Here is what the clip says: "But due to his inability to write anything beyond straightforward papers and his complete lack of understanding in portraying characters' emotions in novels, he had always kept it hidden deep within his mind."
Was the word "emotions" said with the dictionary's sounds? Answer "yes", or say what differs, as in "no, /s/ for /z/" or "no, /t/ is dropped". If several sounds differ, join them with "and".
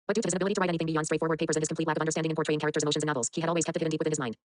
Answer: no, /ʃ/ is dropped